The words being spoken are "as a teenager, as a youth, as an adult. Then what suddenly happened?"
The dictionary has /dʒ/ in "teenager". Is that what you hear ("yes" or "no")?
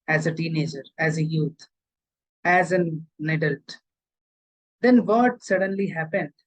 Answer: yes